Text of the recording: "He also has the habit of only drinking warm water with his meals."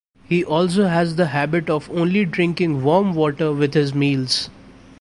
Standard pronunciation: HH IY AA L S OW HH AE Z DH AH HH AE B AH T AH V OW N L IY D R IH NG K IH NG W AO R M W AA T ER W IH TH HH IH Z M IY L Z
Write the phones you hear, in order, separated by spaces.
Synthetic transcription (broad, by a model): HH IY AA L S OW HH AE Z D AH HH AE B AH T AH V OW N L IY D R IH NG K IH NG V AO R M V AA T ER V IH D HH IH Z M IY L Z